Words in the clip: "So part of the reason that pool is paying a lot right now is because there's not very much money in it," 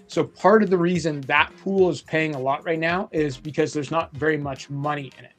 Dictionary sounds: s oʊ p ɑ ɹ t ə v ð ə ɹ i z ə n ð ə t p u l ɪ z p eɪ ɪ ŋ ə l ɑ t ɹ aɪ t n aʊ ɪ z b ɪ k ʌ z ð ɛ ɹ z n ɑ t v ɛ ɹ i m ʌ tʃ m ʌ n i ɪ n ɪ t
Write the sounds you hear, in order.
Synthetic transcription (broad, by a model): s oʊ p ɑ ɹ t ə v ð ə ɹ i z ə n ð ə t p u l ɪ z p eɪ ɪ ŋ ə l ɑ t ɹ aɪ t n aʊ ɪ z b ɪ k ʌ z ð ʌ ɹ z n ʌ t v ɛ ɹ i m ʌ tʃ m ʌ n i ɪ n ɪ t